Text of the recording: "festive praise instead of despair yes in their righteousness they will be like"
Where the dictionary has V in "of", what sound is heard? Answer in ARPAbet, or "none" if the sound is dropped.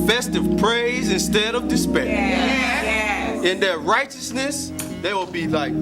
V